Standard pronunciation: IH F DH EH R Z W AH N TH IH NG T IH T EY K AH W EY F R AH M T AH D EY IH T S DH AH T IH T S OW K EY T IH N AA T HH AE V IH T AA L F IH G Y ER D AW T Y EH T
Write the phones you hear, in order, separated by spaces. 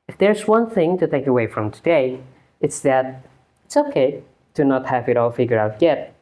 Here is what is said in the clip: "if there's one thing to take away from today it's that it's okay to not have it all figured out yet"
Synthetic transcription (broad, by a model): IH F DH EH R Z W AH N TH IH NG T IH T EY K AH W EY F R AH M T AH D EY IH T S DH AH T IH T S OW K EY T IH N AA T HH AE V IH T AA L F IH G Y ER AW T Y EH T